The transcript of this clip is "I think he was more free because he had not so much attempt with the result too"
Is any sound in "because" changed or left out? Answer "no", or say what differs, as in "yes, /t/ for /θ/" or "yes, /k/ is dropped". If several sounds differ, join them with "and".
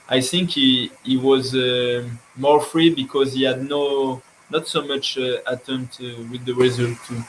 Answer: no